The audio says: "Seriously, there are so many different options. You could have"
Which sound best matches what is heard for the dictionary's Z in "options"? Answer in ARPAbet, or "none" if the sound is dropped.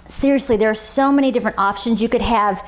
Z